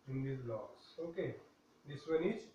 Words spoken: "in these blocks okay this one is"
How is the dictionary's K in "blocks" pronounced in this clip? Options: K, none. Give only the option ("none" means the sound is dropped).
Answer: none